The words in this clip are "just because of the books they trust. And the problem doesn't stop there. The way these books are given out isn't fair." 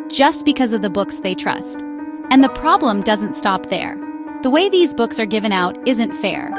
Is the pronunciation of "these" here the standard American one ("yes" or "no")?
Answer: yes